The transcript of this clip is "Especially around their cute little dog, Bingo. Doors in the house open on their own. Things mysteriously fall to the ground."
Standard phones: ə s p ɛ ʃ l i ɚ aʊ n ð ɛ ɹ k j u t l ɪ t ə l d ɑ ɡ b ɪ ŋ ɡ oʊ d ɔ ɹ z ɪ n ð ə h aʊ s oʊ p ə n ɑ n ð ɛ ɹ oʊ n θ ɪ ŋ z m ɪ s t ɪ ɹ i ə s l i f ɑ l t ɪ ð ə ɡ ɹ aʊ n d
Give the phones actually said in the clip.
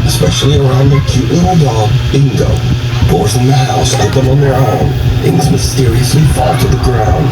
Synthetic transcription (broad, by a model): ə s p ɛ ʃ l i ɚ aʊ n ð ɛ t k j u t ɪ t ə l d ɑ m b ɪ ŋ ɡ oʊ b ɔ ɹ ɪ n ð ə h aʊ s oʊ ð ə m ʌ n ð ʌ ɹ oʊ n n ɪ z m ɪ s t ɪ ɹ i ə s l i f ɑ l t ɪ ð ə ɡ ɹ aʊ n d